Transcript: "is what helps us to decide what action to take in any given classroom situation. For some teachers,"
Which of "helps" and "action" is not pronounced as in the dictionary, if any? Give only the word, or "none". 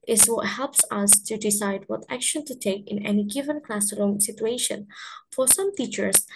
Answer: none